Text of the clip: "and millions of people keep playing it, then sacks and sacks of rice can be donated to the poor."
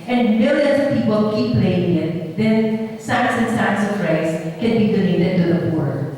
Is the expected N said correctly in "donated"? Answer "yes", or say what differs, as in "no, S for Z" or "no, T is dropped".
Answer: no, L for N